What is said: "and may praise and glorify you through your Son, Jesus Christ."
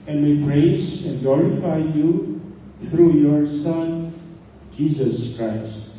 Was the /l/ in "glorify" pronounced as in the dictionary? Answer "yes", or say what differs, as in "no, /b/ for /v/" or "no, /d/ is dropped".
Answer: yes